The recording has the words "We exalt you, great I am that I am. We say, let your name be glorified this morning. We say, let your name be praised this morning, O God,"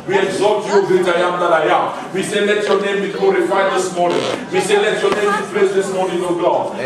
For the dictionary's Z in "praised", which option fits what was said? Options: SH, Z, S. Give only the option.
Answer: S